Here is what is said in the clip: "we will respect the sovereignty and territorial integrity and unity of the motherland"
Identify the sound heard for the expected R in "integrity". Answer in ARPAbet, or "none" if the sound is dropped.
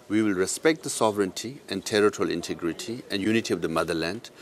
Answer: R